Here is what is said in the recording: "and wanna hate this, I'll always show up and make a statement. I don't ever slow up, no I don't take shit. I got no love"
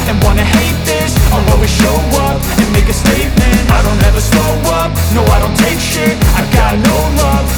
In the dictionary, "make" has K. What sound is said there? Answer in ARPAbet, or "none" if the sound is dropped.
K